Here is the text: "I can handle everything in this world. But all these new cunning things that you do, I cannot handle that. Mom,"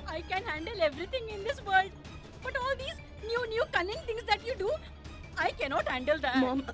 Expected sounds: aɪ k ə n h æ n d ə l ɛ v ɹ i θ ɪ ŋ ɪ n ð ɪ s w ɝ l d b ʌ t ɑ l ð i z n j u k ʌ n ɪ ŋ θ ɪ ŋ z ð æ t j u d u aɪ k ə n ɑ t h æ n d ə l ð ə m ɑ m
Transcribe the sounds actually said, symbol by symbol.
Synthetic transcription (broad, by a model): aɪ k ə n h æ n d ə l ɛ v ɹ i t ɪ ŋ ɪ n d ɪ s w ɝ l d b ʌ t ɑ l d i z n j u k ʌ n ɪ ŋ t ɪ ŋ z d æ t j u d u aɪ k ə n ɑ t h æ n d ə l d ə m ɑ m